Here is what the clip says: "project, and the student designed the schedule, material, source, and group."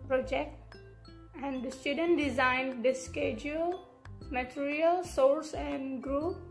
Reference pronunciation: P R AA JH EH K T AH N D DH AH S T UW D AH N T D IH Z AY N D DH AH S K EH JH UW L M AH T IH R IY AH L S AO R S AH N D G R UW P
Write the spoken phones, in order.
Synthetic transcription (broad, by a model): P R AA JH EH K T AH N D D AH S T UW D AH N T D IH Z AY N D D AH S K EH JH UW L M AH T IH R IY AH L S AO R S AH N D G R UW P